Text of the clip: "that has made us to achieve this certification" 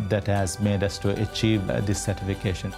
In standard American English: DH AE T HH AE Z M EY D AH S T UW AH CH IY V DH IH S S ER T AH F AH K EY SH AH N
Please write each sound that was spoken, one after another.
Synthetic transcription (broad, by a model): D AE T HH AE Z M EY D AH S T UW AH CH IY V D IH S S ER T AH F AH K EY SH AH N